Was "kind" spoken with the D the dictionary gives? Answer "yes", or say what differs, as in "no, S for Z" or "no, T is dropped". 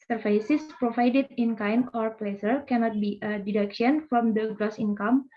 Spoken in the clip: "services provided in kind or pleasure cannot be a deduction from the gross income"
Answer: no, D is dropped